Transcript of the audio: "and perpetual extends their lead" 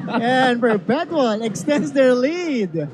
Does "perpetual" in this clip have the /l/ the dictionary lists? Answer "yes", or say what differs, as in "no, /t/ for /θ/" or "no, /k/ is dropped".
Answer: no, /n/ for /l/